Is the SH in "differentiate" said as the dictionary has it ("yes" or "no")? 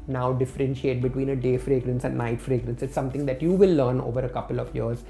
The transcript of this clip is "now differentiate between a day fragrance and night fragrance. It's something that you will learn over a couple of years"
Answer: yes